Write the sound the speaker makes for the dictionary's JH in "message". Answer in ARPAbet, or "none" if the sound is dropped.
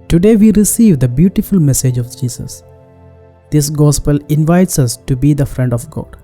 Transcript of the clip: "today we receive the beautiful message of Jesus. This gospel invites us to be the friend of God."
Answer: JH